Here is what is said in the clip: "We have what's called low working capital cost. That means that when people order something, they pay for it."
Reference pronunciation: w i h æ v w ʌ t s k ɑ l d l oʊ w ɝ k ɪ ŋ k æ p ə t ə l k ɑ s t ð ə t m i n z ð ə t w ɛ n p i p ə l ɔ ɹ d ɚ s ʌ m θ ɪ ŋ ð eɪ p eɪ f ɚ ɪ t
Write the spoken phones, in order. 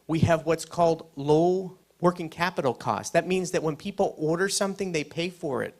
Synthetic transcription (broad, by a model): w i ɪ v w ʌ t s k ɑ l d l oʊ w ɝ k ɪ ŋ k æ p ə t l k ɑ s t ð ə t m i n z ð ə t w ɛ n p i p l ɔ ɹ d ɚ s ʌ m θ ɪ ŋ ð eɪ p eɪ f ɚ ɪ t